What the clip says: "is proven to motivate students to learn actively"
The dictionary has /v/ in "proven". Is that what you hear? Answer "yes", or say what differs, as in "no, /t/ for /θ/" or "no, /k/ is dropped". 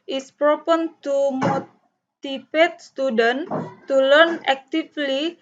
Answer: no, /p/ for /v/